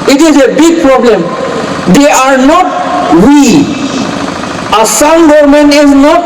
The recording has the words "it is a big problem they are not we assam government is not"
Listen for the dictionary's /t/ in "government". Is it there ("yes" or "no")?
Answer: no